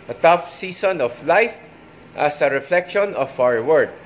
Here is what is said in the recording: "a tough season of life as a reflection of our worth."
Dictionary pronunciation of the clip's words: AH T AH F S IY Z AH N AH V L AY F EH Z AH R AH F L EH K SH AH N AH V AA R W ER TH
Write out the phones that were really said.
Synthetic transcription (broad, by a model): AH T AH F S IY S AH N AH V L AY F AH S AH R AH F L EH K SH AH N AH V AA W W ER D